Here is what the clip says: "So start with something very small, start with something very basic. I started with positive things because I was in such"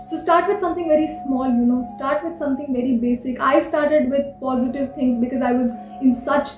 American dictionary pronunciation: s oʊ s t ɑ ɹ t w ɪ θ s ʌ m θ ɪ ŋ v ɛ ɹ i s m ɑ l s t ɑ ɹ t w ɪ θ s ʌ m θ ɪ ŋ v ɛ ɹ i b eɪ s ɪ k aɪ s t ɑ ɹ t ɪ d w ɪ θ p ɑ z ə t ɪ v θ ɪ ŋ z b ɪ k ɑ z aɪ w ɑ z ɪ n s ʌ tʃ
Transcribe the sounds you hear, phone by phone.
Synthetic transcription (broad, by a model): s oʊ s t ɑ ɹ t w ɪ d s ʌ m t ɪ ŋ v ɛ ɹ i s m ɑ l s t ɑ ɹ t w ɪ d s ʌ m t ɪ ŋ v ɛ ɹ i b eɪ s ɪ k aɪ s t ɑ ɹ t ɪ d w ɪ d p ɑ z ə t ɪ v t ɪ ŋ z b ɪ k ɑ z aɪ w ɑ z ɪ n s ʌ tʃ